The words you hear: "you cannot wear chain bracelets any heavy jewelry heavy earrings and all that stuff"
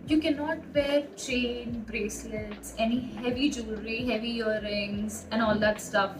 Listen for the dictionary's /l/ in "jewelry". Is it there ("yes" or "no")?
no